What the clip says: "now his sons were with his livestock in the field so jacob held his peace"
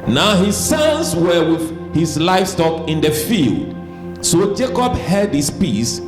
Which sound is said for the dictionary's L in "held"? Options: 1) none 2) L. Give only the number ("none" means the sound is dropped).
1